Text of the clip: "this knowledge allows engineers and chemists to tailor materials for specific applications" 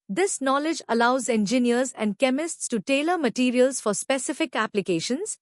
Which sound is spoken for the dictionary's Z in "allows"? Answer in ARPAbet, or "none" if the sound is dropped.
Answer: Z